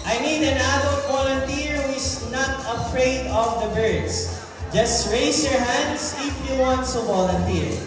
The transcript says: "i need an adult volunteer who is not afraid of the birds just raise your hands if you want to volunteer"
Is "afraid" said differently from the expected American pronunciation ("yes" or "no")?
no